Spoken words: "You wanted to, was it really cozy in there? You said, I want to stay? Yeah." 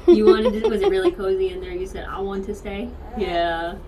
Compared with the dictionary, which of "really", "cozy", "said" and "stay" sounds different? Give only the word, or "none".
none